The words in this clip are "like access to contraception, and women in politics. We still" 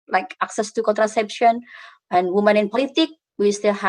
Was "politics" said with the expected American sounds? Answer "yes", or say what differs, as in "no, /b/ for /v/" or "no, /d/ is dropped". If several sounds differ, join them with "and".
no, /s/ is dropped